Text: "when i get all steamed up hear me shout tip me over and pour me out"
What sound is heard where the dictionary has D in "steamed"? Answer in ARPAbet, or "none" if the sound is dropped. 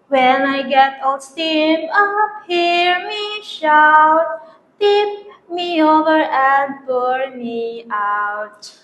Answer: none